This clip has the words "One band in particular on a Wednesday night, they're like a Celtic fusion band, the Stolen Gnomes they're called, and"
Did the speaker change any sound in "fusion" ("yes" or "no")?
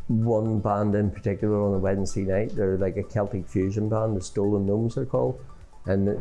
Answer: no